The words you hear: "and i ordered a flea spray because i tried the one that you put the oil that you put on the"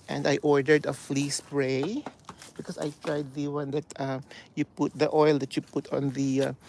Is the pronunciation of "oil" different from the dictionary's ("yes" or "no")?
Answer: no